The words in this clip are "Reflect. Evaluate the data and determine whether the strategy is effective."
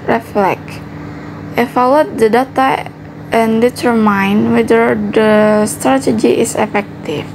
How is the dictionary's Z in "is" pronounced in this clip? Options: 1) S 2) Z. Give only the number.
1